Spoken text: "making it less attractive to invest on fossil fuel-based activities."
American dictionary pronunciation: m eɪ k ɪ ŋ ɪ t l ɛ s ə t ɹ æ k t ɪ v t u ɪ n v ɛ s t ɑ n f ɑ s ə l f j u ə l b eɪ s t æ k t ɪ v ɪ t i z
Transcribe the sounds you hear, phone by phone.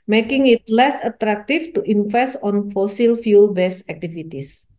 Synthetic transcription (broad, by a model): m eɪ k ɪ ŋ ɪ t l ɛ s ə t ɹ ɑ k t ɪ f t u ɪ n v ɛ s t ɑ n f ɑ s ə l f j u l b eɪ s æ k t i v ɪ t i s